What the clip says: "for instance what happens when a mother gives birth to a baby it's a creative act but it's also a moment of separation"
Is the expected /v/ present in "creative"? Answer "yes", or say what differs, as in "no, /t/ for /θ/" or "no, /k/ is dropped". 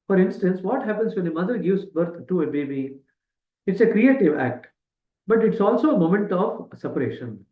yes